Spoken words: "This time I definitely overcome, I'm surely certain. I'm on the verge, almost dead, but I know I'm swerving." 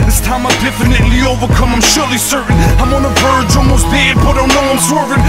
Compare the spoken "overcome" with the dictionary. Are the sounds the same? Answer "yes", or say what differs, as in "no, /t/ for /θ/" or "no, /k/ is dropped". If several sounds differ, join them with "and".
yes